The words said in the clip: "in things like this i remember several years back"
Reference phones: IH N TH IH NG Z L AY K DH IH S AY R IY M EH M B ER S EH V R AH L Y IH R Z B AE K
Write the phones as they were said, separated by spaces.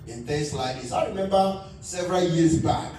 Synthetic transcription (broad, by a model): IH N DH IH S L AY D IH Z AY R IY M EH M B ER S EH V R AH L Y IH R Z B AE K